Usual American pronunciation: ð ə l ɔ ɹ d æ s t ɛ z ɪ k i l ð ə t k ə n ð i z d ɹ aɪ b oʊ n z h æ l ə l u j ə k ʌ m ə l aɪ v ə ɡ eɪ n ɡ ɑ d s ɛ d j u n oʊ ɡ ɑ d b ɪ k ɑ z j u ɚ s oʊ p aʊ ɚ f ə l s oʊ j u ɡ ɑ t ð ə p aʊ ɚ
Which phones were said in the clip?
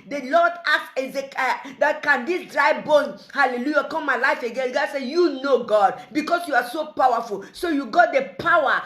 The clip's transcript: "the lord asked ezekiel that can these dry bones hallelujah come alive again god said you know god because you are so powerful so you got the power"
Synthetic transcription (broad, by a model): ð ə l ɔ d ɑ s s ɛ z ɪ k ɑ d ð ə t k ə n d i s d ɹ aɪ b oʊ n h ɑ l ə l u j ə k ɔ m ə l aɪ f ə ɡ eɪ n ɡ ɑ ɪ s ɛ j u n oʊ ɡ ɑ d b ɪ k ɑ s j u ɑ s oʊ p aʊ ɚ f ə l s oʊ j u ɡ ɑ t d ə p aʊ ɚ